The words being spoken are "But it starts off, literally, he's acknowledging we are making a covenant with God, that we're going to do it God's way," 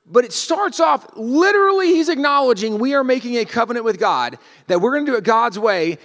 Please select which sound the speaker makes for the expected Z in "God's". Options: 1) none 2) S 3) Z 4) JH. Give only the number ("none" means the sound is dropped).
3